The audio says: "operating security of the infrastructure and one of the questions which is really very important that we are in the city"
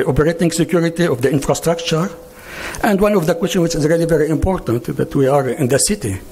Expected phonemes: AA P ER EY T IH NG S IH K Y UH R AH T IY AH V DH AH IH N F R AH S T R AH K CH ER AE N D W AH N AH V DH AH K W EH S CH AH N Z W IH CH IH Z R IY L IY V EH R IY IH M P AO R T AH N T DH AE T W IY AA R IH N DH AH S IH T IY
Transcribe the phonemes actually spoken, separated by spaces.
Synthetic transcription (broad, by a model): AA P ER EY T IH NG S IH K Y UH R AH T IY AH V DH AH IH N F R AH S T R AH K CH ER AE N D W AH N AH V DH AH K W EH S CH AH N W IH CH IH Z R IY L IY V EH R IY IH M P AO R T AH N T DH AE T W IY AA R IH N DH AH S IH T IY